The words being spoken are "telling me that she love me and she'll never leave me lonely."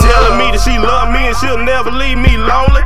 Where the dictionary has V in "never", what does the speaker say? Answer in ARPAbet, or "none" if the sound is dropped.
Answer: B